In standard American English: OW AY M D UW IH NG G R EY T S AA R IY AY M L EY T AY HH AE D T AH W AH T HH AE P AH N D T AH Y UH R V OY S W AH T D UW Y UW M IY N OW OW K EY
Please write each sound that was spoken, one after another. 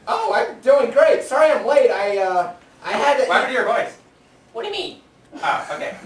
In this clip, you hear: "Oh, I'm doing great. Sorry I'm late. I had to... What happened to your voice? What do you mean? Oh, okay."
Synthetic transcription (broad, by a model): OW AY M D UW IH NG G R EY T S AA R IY AY M L EY T AY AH T AH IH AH D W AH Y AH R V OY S W AH T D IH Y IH M IY N OW OW K EY